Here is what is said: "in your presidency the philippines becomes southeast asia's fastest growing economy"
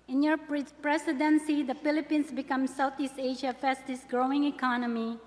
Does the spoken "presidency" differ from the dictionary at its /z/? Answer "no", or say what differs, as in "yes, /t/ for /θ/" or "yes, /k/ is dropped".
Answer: yes, /s/ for /z/